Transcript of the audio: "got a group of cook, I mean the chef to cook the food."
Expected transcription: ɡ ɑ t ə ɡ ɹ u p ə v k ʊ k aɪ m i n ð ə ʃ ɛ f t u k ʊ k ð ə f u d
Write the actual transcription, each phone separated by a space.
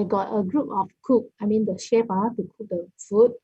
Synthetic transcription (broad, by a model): ɡ ɑ t ə ɡ ɹ u p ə f k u k aɪ m i n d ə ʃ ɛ p t u k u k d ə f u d